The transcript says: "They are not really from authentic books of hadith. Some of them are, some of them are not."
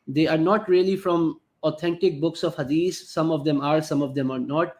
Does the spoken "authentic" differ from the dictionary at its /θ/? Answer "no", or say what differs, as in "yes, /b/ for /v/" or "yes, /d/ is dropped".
yes, /t/ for /θ/